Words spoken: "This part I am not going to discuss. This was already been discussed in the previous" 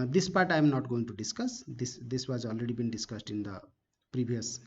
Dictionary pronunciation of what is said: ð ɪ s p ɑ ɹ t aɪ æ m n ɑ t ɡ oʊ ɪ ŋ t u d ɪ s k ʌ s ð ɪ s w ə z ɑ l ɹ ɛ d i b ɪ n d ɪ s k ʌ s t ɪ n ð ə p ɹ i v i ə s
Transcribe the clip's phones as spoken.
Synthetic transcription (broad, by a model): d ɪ s p ɑ ɹ t aɪ m n ɑ t ɡ oʊ ɪ ŋ t u d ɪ s k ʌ s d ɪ s w ə z ɑ l ɹ ɛ d i b ɪ n d ɪ s k ʌ s t ɪ n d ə p ɹ i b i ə s